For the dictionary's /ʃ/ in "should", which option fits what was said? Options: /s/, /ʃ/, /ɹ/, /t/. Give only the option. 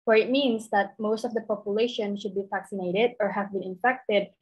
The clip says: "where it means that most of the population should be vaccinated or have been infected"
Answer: /ʃ/